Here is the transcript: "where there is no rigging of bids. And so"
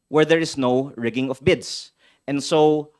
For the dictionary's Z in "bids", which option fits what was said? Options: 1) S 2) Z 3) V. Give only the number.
1